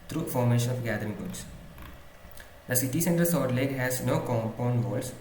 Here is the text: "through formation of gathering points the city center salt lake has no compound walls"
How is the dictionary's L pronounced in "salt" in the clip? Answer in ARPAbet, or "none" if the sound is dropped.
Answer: none